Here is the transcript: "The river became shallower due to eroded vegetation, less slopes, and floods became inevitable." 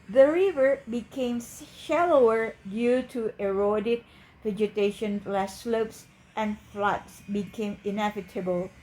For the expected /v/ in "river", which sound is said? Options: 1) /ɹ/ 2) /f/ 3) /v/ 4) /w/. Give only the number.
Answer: 3